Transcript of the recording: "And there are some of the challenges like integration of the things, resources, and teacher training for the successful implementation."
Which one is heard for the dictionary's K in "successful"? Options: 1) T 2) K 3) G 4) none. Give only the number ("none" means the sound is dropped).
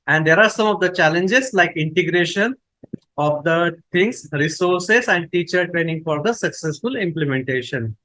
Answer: 2